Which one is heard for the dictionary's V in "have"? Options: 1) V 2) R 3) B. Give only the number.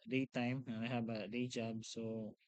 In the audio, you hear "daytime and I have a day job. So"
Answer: 3